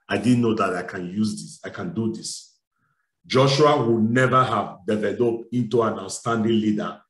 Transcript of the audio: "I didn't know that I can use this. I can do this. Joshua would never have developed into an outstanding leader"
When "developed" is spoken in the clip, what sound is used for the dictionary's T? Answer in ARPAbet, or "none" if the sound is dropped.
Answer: none